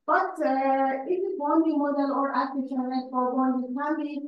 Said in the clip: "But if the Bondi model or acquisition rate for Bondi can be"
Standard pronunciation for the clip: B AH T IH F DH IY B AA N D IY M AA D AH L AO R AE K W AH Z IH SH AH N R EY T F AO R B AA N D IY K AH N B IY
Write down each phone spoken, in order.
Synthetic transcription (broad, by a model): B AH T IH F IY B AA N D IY M AA D AH L AO R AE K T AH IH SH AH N L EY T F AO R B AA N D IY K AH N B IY